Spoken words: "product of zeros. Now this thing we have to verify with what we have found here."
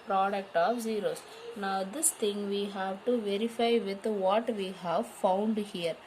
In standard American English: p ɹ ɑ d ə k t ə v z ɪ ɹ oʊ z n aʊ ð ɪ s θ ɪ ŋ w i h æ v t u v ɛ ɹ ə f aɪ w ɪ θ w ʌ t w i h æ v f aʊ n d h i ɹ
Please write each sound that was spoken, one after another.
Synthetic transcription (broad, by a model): p ɹ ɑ d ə k t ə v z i ɹ oʊ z n aʊ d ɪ s t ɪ ŋ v i h æ v t u v ɛ ɹ ə f aɪ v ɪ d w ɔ t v i h æ v f aʊ n d h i ɹ